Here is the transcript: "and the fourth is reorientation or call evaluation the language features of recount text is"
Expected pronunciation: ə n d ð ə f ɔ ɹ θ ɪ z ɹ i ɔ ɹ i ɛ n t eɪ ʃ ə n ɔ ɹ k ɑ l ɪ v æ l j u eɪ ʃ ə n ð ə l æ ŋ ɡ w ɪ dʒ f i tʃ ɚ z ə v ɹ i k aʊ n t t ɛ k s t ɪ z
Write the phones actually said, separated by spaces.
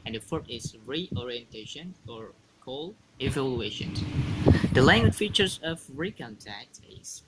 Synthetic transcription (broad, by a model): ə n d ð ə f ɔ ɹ t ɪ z ɹ i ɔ ɹ i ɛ n t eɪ ʃ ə n ɔ ɹ k ɑ l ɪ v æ l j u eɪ ʃ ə n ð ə l æ ŋ ɡ w ɪ dʒ f i tʃ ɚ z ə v ɹ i k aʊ n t t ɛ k t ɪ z